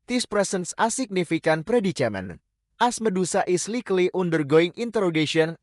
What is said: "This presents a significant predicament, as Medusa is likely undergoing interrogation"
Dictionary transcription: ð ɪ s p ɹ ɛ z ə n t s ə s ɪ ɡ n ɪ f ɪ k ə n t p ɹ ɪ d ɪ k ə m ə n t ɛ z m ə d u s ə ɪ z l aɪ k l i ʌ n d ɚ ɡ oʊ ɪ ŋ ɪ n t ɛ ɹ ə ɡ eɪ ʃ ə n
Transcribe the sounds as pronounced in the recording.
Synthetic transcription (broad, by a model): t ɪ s p ɹ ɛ s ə n s ə s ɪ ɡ n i f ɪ k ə n p ɹ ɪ d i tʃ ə m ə n t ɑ s m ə d u s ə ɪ s l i k l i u n d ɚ ɡ oʊ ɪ ŋ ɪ n t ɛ ɹ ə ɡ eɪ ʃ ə n